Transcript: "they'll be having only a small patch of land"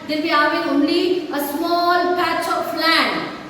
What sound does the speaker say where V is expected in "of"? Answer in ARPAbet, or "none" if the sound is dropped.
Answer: P